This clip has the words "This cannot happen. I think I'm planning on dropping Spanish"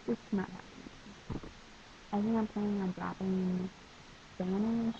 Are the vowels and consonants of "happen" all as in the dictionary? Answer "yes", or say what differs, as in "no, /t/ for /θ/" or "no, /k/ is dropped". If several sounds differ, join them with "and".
no, /n/ is dropped